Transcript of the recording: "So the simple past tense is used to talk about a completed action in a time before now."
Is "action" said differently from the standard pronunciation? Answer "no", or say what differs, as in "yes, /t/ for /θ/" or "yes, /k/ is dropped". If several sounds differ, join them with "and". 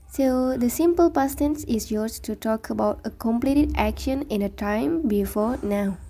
no